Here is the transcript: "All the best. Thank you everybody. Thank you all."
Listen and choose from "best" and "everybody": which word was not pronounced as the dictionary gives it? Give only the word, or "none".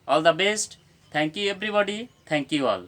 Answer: everybody